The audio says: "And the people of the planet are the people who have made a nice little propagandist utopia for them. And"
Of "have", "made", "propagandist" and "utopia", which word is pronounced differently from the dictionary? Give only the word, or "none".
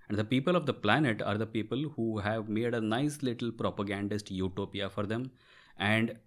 none